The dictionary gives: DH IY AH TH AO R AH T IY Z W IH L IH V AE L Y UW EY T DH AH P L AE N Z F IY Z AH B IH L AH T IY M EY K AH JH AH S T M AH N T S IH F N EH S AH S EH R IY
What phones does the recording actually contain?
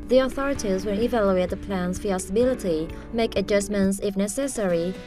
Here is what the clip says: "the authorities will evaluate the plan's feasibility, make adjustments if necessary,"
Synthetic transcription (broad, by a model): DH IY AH TH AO R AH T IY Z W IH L IH V AE L Y UW EY T DH AH P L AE N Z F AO S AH B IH L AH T IY M EY K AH JH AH S M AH N T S IH F N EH S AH S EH R IY